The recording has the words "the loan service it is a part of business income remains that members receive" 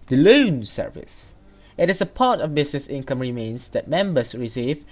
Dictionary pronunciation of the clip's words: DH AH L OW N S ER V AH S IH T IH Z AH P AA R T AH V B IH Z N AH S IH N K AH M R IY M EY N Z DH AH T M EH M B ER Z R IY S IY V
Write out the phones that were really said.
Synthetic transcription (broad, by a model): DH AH L OW N S ER V AH S IH T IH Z AH P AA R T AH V B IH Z N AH S IH N K AH M R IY M EY N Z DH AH T M EH M B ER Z R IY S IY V